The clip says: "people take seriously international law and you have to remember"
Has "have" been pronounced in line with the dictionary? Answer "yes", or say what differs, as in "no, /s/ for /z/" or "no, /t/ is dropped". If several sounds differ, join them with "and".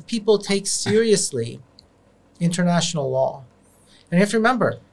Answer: no, /f/ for /v/